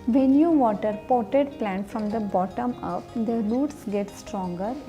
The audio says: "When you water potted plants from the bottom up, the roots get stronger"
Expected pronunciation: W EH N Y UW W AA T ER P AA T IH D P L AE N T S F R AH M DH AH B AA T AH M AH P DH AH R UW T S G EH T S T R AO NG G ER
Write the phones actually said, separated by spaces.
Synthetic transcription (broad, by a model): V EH N Y UW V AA T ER P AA T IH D P L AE N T F R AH M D AH B AA T AH M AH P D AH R UW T S G EH T S T R AO NG G ER